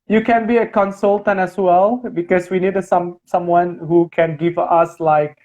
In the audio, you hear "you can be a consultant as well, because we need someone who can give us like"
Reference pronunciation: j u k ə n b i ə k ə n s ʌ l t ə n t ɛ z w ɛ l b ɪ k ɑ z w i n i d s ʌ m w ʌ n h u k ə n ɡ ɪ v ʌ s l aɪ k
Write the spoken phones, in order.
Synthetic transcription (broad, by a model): j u k ə n b i ə k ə n s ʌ l t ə n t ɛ s w ɛ l b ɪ k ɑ s w i n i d s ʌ m w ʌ n h u k ə n ɡ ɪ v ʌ s l aɪ k